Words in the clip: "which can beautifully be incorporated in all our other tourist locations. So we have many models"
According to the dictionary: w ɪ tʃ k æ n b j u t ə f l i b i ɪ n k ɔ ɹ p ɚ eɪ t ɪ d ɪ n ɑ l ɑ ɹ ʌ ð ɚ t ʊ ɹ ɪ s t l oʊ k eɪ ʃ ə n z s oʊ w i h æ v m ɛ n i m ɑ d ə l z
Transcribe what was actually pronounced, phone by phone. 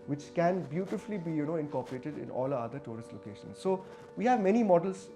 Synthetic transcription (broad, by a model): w ɪ tʃ k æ n b j u t ə f l i b i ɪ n k ɔ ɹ p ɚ eɪ t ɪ d ɪ n ɑ l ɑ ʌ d ɚ t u ɹ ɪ s t l oʊ k eɪ ʃ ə n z s oʊ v i h æ v m ɛ n i m ɑ d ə l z